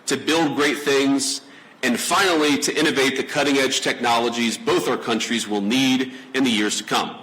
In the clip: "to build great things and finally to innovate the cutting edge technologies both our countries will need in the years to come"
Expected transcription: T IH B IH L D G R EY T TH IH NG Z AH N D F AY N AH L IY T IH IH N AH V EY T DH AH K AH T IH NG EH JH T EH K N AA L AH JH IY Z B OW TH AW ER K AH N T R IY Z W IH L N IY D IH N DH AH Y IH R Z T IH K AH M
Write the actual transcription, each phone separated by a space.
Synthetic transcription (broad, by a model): T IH B IH L D G R EY T TH IH NG Z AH N F AY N L IY T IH IH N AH V EY T DH AH K AH T IH NG EH JH T EH K N AA L AH JH IY Z B OW TH AW ER K AH N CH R IY Z W IH L N IY D IH N DH AH Y IH R Z T IH K AH M